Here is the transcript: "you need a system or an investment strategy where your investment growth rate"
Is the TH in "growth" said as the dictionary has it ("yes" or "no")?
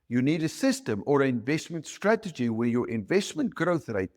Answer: yes